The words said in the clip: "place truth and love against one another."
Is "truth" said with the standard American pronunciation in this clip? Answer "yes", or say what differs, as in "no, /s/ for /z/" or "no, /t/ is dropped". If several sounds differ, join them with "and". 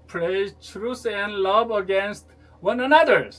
no, /s/ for /θ/